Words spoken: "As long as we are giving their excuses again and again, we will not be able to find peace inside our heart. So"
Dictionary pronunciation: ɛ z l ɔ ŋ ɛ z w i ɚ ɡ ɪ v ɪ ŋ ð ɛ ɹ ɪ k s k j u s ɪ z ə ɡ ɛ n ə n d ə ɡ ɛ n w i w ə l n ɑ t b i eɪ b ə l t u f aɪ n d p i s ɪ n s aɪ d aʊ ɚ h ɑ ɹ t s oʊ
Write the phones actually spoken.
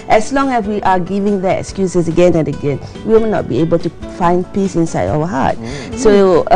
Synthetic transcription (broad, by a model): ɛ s l ɔ ŋ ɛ s w i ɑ ɡ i v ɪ ŋ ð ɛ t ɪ k s k j u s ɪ s ə ɡ ɛ n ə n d ə ɡ ɛ n w i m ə n ɑ t b i eɪ b ə l t u f aɪ n d p i s ɪ n s aɪ d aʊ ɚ h ɑ t s oʊ